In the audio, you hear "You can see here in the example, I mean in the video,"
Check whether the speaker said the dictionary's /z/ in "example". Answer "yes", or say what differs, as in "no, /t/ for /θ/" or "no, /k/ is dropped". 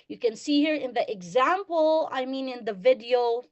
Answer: yes